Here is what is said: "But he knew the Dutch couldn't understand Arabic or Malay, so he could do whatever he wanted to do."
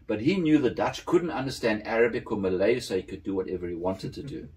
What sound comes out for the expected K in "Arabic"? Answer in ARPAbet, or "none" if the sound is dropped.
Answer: K